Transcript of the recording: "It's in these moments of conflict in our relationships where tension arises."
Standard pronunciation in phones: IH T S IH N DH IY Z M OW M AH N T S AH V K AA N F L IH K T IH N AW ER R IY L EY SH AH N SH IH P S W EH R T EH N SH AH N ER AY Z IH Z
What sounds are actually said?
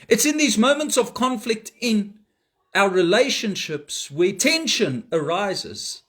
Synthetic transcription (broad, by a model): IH T S IH N DH IY Z M OW M AH N T S AH V K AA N F L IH K T IH N AW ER R IY L EY SH AH N SH IH P S W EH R T EH N SH AH N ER AY Z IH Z